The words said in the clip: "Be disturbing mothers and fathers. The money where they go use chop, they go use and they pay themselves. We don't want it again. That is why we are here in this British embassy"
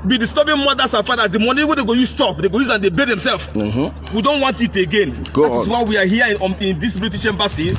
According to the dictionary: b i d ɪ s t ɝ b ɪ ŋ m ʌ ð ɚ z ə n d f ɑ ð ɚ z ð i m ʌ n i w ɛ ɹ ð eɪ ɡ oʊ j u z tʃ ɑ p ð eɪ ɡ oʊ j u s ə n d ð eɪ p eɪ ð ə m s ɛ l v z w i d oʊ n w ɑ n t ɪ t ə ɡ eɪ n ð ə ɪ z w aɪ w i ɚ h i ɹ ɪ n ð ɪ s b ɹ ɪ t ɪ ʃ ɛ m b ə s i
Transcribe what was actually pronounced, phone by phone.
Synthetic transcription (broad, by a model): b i d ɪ s t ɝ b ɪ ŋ m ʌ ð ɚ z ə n f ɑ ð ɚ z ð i m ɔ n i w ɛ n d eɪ ɡ oʊ j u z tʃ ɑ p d eɪ ɡ oʊ j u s ə n d eɪ b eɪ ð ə m s ɛ l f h w i d oʊ n w ɑ n t ɪ t ə ɡ eɪ n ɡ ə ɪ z w aɪ w i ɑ h i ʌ ɪ n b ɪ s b l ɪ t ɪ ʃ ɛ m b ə s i